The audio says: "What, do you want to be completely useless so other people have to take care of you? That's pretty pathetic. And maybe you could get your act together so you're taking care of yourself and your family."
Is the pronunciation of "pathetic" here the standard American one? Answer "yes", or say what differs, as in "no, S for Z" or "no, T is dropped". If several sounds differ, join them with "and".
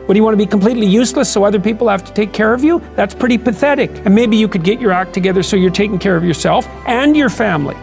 yes